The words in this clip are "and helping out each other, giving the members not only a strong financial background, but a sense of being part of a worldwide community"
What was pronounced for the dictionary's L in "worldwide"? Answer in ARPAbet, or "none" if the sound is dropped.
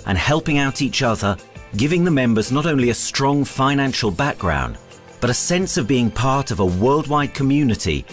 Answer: L